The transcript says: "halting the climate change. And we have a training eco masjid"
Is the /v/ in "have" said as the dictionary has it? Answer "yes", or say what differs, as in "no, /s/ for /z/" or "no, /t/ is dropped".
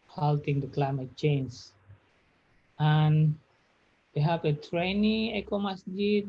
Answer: no, /p/ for /v/